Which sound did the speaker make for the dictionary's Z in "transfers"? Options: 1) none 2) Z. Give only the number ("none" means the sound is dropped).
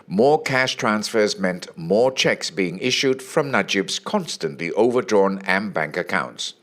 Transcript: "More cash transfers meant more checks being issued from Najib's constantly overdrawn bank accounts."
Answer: 2